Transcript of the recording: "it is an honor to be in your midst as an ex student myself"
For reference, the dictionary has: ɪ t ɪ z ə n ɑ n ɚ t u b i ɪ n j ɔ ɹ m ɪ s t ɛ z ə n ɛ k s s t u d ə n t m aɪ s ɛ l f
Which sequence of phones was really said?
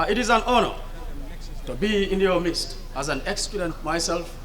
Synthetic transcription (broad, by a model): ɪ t ɪ z ə n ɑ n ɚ t u b i ɪ n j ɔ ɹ m ɪ s t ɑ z ə n ɛ k s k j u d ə n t m aɪ s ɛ l f